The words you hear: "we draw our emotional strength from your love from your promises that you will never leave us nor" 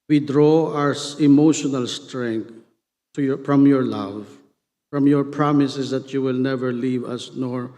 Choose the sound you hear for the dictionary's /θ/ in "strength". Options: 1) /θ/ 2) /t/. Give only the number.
2